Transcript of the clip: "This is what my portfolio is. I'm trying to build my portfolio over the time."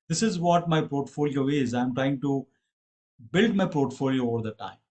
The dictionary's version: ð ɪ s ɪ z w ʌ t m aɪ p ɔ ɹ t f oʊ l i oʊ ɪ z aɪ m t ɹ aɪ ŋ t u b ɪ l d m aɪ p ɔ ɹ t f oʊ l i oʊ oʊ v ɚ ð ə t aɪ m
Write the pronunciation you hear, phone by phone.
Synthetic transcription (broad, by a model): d ɪ s ɪ z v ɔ t m aɪ p ɔ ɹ t f oʊ l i oʊ ɪ z aɪ m t ɹ aɪ ŋ t u b ɪ l d m aɪ p ɔ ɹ t f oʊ l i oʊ oʊ v ɚ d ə t aɪ m